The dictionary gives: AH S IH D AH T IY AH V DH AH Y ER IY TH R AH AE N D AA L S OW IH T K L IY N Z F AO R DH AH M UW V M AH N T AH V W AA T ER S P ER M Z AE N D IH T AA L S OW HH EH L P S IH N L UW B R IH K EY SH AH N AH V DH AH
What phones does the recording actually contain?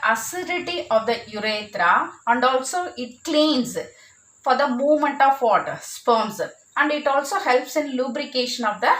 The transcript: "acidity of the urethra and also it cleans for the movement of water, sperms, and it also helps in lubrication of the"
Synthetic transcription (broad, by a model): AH S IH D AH T IY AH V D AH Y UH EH T R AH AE N D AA L S OW IH T K L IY N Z F AO R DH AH M UW V M AH N T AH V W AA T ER S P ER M S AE N D IH T AA L S OW HH EH L P S IH N L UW B R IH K EY SH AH N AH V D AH